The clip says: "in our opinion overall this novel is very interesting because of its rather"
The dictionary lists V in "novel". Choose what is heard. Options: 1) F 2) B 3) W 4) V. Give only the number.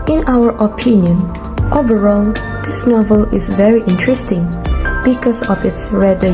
4